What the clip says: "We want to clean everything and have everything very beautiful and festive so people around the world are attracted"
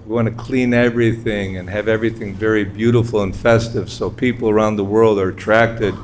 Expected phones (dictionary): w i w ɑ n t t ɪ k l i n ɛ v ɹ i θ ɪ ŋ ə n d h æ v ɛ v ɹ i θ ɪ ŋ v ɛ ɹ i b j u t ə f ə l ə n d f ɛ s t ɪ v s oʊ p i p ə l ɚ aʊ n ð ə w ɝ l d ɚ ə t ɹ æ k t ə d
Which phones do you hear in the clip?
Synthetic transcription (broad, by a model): w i w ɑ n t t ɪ k l i n ɛ v ɹ i θ ɪ ŋ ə n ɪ v ɛ v ɹ i θ ɪ ŋ v ɛ ɹ i b j u t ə f l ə n f ɛ s t ɪ v s oʊ p i p l ɚ aʊ n ð ə w ɝ l d ɚ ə t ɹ æ k t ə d